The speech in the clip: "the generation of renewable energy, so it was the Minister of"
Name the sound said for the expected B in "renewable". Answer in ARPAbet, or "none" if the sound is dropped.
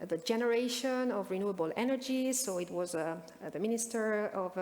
B